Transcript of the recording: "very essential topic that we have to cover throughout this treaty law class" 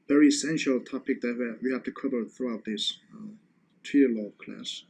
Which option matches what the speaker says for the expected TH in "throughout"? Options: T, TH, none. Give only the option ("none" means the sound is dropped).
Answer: TH